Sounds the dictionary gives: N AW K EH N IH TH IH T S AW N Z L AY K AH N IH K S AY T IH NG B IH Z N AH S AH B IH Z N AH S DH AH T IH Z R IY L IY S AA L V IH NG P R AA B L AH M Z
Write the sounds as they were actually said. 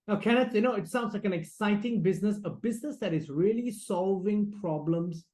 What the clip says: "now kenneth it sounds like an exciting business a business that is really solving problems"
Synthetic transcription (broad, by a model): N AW K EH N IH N IH T S AW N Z L AY K AH N IH K S AY T IH NG B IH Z N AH S AH B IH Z N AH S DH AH T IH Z R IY L IY S AA L V IH NG P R AA B L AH M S